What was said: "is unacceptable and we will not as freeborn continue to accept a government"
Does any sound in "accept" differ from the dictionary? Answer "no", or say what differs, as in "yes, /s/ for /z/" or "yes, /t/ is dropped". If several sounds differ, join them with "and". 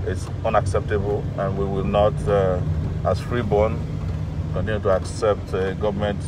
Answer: no